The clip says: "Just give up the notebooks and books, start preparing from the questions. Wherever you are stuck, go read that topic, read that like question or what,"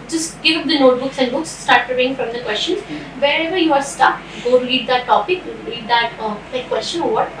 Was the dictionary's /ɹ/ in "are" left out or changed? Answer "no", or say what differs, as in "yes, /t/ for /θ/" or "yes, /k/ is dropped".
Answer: no